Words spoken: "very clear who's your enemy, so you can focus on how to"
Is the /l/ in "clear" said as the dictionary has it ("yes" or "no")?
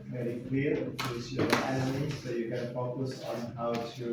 no